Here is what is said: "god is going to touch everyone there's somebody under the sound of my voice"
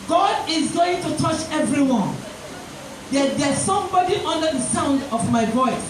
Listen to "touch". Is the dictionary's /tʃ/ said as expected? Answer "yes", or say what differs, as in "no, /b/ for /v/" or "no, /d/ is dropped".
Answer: yes